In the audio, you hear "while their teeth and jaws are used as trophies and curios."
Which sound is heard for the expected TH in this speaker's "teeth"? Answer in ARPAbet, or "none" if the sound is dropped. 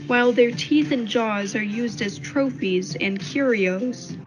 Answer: TH